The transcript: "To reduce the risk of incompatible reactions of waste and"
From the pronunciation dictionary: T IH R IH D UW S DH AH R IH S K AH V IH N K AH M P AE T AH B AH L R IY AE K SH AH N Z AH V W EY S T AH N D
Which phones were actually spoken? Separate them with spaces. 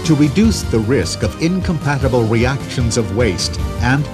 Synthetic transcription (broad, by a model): T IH R IH D UW S DH AH R IH S K AH V IH N K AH M P AE T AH B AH L R IY AE K SH AH N Z AH V W EY S T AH N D